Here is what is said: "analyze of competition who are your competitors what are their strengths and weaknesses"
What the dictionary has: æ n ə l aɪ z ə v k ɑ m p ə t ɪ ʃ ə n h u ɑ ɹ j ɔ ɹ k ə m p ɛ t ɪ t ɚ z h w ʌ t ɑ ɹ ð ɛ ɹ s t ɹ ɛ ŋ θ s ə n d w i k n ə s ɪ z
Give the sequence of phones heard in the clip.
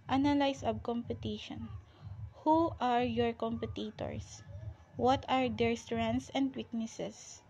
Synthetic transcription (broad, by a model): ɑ n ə l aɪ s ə b k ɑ m p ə t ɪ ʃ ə n h u ɑ ɹ j ɔ ɹ k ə m p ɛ t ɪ t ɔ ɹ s w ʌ t ɑ ɹ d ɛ ɹ s t ɹ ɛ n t s ə n d w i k n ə s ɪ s